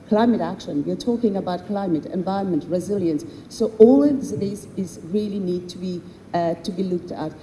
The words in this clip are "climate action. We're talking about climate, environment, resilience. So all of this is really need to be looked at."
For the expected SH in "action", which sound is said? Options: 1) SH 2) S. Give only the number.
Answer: 1